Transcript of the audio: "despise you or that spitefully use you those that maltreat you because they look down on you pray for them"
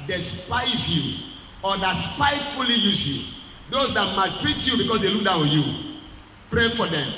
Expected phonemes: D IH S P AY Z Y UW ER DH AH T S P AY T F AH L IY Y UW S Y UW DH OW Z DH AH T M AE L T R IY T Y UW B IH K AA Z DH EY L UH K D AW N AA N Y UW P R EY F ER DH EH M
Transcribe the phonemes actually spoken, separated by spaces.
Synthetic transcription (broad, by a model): D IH S P AY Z Y UW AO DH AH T S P AY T F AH L IY Y UW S Y UW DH OW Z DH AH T M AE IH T R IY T Y UW B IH K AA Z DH EY L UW K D AW AA Y UW P R EY F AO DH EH M